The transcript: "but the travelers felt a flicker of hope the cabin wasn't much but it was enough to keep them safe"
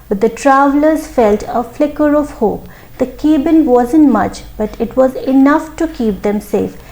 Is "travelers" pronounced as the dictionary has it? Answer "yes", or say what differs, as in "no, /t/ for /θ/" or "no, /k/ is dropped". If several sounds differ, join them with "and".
yes